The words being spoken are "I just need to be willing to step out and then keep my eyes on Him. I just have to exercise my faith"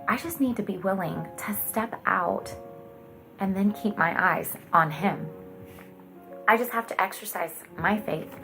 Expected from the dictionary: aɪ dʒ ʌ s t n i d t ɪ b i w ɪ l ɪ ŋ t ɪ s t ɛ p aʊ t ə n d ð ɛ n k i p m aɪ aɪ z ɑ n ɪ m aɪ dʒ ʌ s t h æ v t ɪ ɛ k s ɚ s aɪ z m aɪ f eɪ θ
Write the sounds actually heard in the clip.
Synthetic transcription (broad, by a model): aɪ dʒ ʌ s t n i d t ɪ b i w ɪ l ɪ ŋ t ɪ s t ɛ p aʊ t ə n ð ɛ n k i p m aɪ aɪ z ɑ n ɪ m aɪ dʒ ʌ s t h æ f t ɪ ɛ k s ɚ s aɪ z m aɪ f eɪ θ